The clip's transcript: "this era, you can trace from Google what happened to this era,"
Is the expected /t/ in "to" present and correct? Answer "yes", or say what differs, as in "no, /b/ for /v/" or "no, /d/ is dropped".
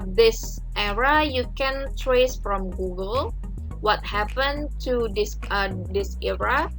no, /s/ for /t/